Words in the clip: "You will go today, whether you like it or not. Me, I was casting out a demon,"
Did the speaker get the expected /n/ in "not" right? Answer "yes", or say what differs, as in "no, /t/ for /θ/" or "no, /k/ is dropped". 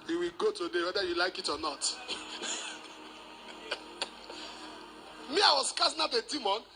yes